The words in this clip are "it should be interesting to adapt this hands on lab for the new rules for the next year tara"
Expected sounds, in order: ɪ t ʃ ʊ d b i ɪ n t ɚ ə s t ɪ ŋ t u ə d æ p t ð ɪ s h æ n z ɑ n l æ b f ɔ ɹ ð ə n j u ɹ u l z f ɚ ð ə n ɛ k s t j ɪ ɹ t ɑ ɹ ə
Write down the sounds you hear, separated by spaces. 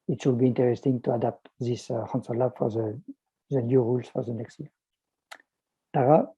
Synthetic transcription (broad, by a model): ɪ t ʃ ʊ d b i ɪ n t ɚ ə s t ɪ ŋ t u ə d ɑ p t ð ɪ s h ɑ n s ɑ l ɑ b f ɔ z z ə n j u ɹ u l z f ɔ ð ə n ɛ k s t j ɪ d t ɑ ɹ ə